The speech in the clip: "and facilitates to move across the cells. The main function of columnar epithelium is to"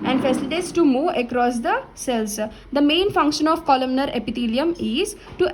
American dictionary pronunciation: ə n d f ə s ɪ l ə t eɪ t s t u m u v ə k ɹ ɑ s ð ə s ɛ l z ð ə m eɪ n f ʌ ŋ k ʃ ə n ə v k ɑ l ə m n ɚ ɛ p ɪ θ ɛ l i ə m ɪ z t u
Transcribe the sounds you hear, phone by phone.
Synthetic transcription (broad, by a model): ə n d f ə s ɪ l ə t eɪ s t u m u ə k ɹ ɑ s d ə s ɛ l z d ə m eɪ n f ʌ ŋ k ʃ ə n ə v k ɑ l ə m n ɚ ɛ p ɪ t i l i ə m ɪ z t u